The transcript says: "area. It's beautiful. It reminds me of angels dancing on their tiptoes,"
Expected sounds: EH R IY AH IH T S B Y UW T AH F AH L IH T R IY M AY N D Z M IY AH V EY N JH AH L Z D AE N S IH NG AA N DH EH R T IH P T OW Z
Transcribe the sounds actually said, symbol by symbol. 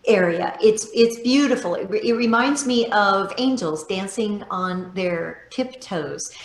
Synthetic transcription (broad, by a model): EH R IY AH IH T S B Y UW T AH F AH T IH T R IY M AY N D Z M IY AH V EY N JH L Z D AE N S IH NG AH N DH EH R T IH P T OW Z